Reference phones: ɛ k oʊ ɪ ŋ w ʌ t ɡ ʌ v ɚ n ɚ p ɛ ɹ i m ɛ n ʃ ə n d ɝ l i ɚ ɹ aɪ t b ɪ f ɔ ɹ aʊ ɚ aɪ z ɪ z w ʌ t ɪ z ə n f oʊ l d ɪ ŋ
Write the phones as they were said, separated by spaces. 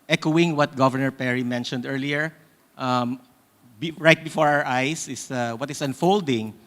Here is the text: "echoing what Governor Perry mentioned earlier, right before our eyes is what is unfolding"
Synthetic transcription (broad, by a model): ɛ k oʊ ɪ ŋ w ʌ t ɡ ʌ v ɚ n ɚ p ɛ ɹ i m ɛ n ʃ ə n d ɝ l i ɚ ɹ aɪ t b ɪ f ɔ ɹ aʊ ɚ aɪ s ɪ s w ʌ t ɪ s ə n f oʊ l d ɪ ŋ